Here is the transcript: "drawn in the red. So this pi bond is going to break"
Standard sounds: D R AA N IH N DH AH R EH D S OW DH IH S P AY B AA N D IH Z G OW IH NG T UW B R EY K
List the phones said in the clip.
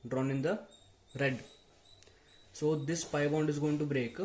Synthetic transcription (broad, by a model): D R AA N IH N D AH R EH D S OW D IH S P AY B AA N D IH Z G OW IH NG T UW B R EY K